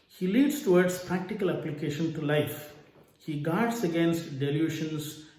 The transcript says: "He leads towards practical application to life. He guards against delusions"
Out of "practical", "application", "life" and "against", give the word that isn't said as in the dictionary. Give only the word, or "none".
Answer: none